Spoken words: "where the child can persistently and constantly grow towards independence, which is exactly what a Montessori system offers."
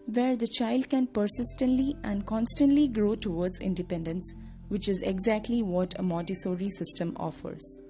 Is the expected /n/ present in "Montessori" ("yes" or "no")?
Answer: no